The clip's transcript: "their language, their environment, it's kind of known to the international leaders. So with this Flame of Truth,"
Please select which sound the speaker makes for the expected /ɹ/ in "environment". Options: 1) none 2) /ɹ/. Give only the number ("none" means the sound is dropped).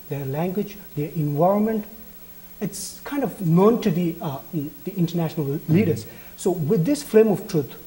2